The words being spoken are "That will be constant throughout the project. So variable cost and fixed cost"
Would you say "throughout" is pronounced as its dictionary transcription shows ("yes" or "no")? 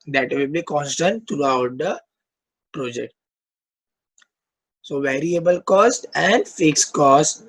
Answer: no